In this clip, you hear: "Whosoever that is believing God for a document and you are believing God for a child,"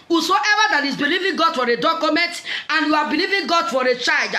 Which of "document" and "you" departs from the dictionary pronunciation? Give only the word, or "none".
none